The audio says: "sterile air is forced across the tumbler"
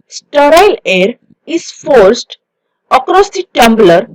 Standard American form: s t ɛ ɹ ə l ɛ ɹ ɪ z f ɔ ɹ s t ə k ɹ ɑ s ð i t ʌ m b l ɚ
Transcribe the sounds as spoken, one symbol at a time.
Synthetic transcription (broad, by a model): s t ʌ ɹ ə l ɛ ɹ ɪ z f ɔ ɹ s t ə k ɹ ɑ s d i t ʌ m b l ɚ